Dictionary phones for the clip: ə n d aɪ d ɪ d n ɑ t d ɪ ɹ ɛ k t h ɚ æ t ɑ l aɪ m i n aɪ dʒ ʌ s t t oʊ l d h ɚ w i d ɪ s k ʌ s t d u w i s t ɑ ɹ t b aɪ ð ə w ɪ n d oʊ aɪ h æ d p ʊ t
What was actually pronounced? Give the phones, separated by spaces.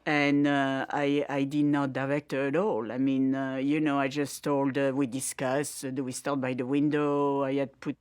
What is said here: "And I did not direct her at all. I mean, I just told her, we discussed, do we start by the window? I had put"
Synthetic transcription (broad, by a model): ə n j aɪ d ɪ d n ɑ t d ɪ ɹ ɛ k t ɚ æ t ɑ l aɪ m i n aɪ dʒ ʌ s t t oʊ l d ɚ w i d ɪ s k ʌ s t d u w i s t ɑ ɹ t b aɪ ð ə w ɪ n d oʊ aɪ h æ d p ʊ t